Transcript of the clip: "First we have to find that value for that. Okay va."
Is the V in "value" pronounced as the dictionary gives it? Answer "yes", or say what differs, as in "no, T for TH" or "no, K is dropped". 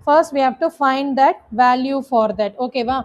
yes